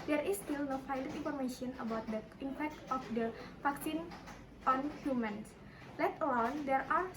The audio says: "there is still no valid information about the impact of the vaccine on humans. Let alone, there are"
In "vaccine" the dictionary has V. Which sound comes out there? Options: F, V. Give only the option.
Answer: F